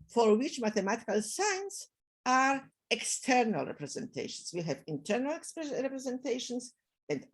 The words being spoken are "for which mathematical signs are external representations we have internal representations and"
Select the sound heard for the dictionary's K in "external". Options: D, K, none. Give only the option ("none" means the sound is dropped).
K